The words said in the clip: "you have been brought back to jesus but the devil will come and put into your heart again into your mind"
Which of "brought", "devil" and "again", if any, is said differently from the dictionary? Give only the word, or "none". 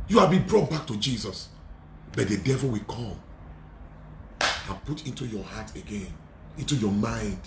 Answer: none